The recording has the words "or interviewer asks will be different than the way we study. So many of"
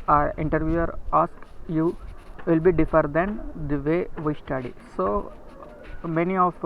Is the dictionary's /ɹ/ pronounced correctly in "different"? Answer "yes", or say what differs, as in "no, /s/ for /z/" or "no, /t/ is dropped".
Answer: no, /ɹ/ is dropped